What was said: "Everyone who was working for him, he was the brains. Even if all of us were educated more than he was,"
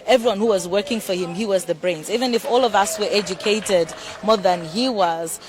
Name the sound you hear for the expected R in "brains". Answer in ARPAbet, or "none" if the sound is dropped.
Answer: R